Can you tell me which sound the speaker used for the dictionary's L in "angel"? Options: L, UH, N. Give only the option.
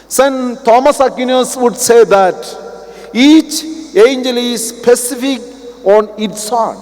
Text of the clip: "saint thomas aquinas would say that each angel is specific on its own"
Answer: L